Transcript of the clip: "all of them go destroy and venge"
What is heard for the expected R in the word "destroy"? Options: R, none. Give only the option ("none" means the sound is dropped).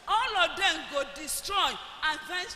R